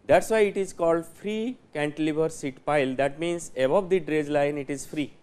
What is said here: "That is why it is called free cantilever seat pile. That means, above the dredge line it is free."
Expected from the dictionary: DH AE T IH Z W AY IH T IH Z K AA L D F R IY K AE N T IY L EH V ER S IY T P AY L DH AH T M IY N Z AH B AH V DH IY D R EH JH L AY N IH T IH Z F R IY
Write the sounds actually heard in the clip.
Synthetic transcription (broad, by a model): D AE T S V AY IH T IH Z K AA L D F R IY K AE N T L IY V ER S IY T P AY L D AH T M IY N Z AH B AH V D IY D R EH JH L AY N IH T IH Z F R IY